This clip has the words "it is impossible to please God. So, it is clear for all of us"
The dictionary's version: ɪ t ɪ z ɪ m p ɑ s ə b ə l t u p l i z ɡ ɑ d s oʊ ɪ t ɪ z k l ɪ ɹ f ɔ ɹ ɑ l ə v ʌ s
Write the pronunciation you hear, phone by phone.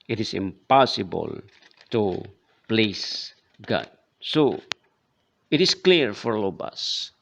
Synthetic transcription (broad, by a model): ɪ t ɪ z ɪ m p ɑ s ə b ə l t u p l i s ɡ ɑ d s oʊ ɪ t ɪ s k l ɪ ɹ f ɔ ɹ l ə b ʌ s